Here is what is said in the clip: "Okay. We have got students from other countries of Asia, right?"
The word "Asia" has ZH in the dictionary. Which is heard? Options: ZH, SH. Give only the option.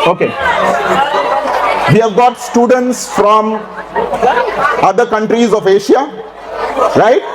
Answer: SH